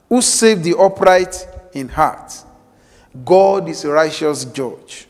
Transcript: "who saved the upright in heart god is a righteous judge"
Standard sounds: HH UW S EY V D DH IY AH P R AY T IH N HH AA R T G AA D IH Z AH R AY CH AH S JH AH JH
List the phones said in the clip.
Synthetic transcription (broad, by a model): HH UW S EY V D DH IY AH P R AY T IH N HH AA T G AA D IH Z AH R AY CH AH S JH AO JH